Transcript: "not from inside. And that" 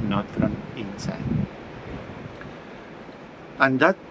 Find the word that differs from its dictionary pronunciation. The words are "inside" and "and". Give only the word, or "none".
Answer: inside